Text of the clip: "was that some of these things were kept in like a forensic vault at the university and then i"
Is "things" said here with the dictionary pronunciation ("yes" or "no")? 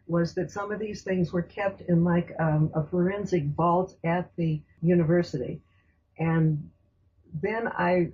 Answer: yes